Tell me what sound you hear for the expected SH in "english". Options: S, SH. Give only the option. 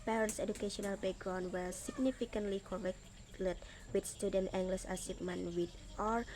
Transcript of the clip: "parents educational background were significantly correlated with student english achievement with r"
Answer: S